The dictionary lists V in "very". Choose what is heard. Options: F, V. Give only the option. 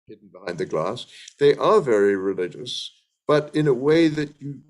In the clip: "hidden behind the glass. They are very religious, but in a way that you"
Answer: V